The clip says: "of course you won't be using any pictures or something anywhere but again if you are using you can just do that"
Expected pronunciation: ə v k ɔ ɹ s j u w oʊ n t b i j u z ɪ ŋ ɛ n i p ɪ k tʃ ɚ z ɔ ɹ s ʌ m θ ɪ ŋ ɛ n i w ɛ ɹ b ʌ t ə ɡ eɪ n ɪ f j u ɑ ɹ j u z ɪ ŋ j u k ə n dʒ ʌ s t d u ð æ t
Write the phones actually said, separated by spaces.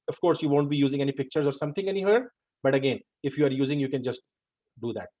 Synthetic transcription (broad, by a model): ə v k ɔ ɹ s j u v oʊ n t b i j u z ɪ ŋ ɛ n i p ɪ k tʃ ɚ z ɔ ɹ s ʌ m t ɪ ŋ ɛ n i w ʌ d b ʌ t ə ɡ eɪ n ɪ f j u ɑ ɹ j u z ɪ ŋ j u k ə n dʒ ʌ s t d u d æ t